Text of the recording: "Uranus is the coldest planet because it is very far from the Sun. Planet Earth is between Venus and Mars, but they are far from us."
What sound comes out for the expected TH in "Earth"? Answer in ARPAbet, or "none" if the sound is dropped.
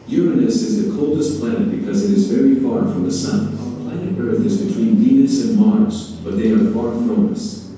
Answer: TH